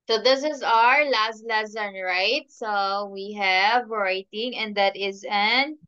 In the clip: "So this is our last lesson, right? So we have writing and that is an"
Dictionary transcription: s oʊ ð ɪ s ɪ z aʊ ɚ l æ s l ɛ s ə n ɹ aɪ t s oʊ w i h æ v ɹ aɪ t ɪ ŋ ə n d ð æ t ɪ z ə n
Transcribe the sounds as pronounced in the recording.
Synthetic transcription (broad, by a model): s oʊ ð ɪ s ɪ z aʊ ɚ l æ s l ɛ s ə n ɹ aɪ t s oʊ w i h æ v ɹ aɪ t ɪ ŋ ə n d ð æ t ɪ z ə n